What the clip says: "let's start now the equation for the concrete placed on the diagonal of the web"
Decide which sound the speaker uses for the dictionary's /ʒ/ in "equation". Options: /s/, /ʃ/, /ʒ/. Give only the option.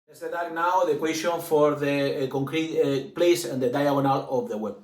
/s/